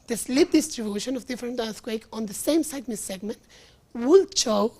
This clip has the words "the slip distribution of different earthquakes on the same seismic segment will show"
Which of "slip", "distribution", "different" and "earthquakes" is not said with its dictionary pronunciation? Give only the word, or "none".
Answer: earthquakes